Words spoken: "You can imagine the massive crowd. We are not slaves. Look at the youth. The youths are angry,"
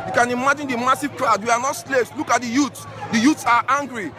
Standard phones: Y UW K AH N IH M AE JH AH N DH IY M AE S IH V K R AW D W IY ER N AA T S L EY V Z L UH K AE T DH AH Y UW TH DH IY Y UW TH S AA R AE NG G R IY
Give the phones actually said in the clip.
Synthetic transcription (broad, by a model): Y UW K AH N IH M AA JH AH N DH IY M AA S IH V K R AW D W IY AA N AA T S L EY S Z L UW K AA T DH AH Y UW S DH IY Y UW T S AA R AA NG G R IY